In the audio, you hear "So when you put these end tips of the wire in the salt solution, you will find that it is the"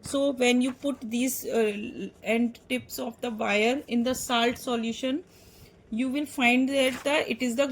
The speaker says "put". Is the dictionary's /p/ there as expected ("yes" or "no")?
yes